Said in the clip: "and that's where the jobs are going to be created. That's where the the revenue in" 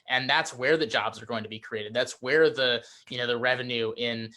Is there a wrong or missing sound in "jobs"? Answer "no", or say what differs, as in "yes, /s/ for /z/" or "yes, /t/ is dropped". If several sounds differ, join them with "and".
no